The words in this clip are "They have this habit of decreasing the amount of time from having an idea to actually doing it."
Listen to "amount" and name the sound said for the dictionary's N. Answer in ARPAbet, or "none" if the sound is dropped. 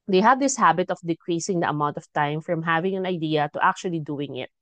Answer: N